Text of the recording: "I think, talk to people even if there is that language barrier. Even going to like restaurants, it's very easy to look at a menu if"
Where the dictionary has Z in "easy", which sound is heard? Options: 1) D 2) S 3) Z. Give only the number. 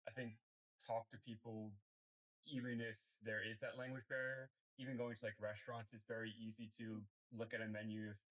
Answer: 3